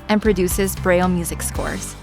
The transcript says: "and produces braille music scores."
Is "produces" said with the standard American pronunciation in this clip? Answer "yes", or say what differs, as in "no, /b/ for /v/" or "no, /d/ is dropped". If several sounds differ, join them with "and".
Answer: yes